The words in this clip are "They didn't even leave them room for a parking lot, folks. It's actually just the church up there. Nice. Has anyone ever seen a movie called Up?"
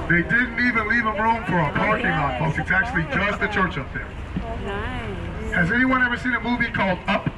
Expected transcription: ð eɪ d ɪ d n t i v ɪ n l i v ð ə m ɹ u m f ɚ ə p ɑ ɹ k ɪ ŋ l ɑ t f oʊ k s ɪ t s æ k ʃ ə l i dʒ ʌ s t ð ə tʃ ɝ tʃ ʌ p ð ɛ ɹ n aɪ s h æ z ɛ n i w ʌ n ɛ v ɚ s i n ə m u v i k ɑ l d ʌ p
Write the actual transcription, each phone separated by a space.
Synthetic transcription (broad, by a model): ð eɪ d ɪ d n t i v ɪ n l i v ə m ɹ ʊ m f ɚ ə p ɑ ɹ k ɪ ŋ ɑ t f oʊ s ɪ t s æ k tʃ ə l i dʒ ʌ s t ð ə tʃ ɝ tʃ ʌ p ð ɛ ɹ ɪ z ɛ n i w ʌ n ɛ v ɚ s i n ə m u v i k ɑ l d ʌ p